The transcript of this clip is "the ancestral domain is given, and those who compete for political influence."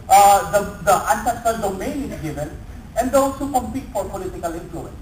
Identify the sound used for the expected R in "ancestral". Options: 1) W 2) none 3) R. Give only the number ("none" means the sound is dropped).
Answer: 2